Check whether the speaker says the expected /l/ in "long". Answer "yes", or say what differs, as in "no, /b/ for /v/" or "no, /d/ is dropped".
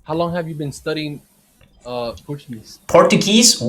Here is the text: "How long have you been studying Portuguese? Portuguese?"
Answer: yes